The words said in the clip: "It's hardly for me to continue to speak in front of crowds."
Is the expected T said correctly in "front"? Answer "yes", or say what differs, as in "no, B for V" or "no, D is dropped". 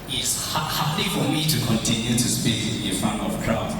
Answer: no, T is dropped